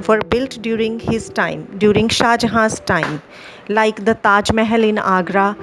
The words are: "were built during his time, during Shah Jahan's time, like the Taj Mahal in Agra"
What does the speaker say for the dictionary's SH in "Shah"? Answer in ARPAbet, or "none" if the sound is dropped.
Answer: SH